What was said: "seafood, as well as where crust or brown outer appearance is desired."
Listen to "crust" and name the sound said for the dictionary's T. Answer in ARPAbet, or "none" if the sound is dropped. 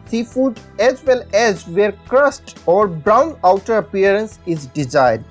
T